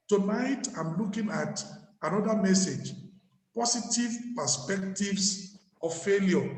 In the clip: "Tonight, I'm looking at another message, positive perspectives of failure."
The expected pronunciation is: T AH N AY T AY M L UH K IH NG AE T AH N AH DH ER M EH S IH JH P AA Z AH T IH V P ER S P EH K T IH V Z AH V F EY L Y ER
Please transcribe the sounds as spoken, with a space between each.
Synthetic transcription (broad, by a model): T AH N AY T AY M L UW K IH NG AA T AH N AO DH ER M EH S IH JH P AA S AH T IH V P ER S P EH K T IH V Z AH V F EY L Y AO